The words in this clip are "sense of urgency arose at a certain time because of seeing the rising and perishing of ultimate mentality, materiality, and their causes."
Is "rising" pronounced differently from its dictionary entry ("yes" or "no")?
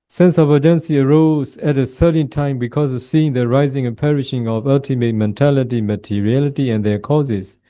no